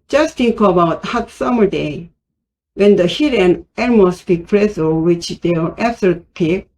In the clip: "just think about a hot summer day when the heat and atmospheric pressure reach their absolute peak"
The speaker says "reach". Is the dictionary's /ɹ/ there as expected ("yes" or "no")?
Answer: no